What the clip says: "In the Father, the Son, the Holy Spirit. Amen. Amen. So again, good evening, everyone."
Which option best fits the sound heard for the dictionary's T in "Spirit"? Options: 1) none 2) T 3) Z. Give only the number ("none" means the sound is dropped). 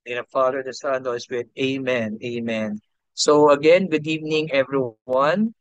1